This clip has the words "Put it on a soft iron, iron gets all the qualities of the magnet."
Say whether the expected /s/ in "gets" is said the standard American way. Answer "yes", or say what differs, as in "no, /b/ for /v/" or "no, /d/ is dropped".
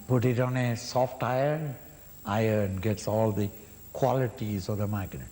yes